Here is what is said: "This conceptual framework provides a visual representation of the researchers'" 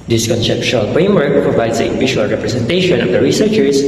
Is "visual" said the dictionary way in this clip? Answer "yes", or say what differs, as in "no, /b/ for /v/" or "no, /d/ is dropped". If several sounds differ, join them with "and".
no, /p/ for /v/ and /ʃ/ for /ʒ/